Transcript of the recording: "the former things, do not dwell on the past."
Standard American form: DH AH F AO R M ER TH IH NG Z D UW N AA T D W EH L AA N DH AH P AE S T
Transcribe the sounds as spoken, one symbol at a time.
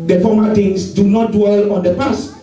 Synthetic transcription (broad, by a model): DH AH F AO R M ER T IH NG S D UW N AA T D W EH L AA N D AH P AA S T